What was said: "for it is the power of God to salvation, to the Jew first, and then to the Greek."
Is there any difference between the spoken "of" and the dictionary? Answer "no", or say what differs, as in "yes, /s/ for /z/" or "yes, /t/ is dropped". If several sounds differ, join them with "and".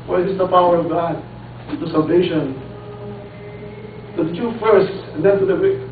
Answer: no